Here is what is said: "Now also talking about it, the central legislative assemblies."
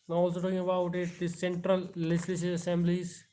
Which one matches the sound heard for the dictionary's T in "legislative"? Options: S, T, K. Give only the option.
S